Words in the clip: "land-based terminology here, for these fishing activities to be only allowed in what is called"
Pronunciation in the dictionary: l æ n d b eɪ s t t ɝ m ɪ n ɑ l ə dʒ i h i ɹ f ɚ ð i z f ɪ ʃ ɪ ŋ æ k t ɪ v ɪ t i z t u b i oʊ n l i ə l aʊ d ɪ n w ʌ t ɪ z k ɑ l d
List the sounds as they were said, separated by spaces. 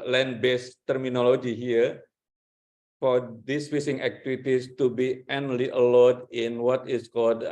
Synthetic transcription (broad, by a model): l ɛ n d b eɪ s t t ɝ m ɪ n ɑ l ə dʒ i h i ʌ f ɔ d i s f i s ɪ ŋ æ k t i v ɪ t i s t u b i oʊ n l i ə l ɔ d ɪ n w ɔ t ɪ s k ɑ l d